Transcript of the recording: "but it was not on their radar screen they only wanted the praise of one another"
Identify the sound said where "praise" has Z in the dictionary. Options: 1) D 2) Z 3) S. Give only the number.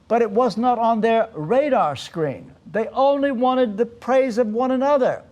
2